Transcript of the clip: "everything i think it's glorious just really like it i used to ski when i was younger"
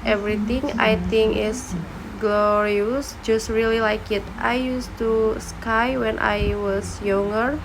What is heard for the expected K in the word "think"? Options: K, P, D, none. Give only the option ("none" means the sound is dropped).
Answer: none